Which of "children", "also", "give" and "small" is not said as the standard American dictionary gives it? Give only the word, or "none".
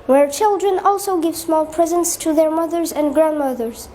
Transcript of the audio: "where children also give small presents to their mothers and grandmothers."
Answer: none